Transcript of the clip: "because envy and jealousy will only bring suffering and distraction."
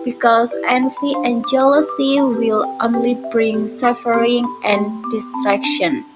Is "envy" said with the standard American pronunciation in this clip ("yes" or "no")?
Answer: no